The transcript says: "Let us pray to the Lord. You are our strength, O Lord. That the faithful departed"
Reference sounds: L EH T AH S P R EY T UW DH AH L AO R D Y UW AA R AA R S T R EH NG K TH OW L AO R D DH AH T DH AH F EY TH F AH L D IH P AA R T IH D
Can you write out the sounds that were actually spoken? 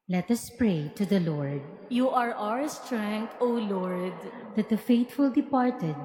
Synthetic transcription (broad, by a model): L EH T AH S P R EY T UW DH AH L AO R D Y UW AA R AA R S T R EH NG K T OW L AO R D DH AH T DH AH F EY T F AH L D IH P AA R T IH D